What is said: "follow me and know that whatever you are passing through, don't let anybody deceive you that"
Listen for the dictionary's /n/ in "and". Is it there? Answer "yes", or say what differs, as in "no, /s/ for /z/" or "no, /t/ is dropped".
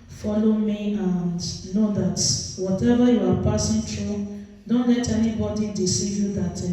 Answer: yes